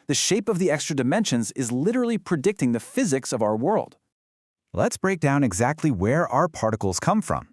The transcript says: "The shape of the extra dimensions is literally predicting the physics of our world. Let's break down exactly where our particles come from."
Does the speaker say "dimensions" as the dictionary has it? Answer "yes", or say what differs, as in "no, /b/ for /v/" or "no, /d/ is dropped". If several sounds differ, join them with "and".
yes